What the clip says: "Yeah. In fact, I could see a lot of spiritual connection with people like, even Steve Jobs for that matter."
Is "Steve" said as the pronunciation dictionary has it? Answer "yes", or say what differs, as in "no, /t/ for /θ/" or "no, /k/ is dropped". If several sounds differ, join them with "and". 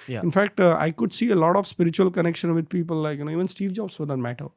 yes